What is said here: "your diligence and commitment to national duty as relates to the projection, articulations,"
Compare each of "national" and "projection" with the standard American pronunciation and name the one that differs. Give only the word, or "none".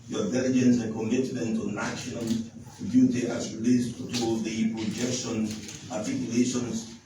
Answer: national